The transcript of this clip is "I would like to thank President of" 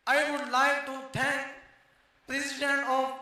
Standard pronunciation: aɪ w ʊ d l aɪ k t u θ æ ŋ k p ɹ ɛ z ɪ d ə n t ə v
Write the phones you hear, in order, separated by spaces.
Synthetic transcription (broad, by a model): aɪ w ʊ d l aɪ k t u t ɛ ŋ k p ɹ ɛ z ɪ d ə n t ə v